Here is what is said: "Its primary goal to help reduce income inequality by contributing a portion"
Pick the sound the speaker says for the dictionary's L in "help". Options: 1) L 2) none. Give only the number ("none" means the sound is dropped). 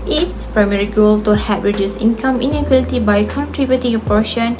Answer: 2